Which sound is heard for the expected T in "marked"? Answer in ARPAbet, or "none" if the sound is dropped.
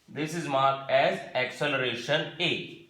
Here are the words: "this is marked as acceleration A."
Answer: none